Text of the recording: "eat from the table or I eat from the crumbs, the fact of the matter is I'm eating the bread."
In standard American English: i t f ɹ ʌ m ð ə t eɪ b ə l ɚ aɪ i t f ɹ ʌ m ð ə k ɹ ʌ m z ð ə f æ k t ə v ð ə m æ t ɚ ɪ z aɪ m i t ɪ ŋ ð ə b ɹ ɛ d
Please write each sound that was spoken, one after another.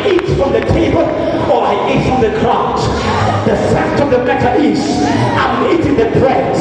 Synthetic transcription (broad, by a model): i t f ɹ ʌ m ð ə t eɪ b ə l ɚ aɪ i t f ɹ ʌ m ð ə k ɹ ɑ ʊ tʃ ð ə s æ t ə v ð ə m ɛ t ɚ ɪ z aɪ m i t ɪ ŋ ð ə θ ɹ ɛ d